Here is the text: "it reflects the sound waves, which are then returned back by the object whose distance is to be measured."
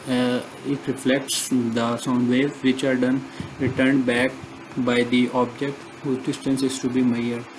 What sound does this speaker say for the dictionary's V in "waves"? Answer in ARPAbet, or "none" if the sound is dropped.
none